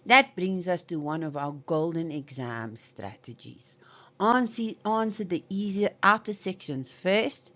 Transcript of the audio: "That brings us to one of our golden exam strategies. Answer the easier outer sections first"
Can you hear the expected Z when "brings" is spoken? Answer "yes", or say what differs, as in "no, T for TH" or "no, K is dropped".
yes